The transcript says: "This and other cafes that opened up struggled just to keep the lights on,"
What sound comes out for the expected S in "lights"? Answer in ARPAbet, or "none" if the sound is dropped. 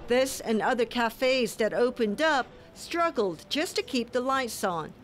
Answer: S